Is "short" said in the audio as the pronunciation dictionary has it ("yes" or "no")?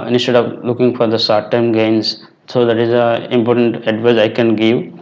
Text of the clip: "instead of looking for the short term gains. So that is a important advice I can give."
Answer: no